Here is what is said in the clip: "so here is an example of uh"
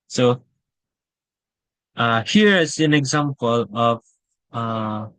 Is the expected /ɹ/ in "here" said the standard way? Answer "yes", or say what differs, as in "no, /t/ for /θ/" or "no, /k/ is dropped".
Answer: yes